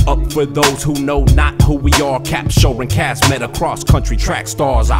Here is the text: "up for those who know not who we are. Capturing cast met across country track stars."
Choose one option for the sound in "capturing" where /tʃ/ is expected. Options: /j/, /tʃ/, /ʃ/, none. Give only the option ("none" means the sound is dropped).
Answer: /ʃ/